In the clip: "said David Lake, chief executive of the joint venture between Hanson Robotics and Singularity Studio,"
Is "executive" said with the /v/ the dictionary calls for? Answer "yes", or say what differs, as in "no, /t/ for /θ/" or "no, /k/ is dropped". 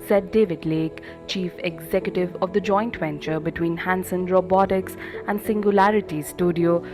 yes